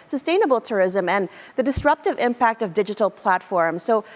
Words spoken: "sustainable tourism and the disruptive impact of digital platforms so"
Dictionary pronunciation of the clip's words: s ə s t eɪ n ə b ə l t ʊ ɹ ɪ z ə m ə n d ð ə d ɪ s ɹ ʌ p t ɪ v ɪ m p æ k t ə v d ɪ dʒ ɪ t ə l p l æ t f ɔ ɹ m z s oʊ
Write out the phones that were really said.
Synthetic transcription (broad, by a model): s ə s t eɪ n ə b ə l t ʊ ɹ ɪ z ə m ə n ð ə d ɪ s ɹ ʌ p t ɪ v ɪ m p æ k t ə v d ɪ dʒ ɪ t l p l æ t f ɔ ɹ m z s oʊ